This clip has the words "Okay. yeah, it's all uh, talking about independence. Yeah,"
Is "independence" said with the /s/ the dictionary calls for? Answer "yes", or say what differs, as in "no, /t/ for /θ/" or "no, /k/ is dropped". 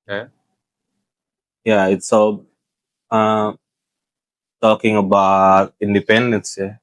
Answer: yes